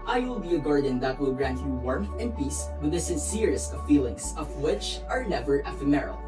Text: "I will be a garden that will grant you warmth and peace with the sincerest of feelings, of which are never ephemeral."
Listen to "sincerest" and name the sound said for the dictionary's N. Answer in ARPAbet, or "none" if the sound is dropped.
N